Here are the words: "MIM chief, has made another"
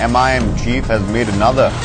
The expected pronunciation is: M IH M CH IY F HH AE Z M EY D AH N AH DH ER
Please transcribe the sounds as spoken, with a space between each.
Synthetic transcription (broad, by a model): M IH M CH IY F HH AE Z M EY D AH N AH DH ER